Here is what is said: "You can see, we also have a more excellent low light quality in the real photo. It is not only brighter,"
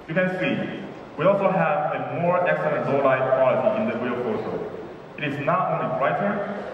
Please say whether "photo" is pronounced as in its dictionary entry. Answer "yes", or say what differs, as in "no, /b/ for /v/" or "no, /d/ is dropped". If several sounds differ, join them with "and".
no, /s/ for /t/